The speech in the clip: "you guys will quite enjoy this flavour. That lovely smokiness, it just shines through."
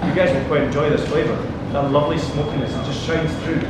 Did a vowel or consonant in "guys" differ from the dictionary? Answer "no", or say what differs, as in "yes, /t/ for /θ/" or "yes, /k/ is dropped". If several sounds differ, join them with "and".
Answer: no